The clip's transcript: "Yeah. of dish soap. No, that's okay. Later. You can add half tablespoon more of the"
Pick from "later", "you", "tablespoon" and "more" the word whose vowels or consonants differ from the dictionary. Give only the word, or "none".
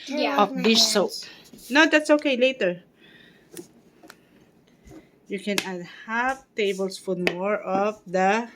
tablespoon